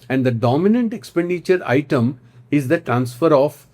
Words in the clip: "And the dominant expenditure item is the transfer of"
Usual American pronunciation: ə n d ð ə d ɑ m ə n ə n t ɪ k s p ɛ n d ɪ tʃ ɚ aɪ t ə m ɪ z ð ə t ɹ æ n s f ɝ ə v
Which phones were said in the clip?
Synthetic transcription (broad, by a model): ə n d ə d ɑ m ə n ə n t ɪ k s p ɛ n d ɪ tʃ ɚ aɪ t ə m ɪ z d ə t ɹ æ n s f ɝ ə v